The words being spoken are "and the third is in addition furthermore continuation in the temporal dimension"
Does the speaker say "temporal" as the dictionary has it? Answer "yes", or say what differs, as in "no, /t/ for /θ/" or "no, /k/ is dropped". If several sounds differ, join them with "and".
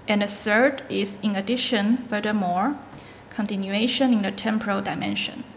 yes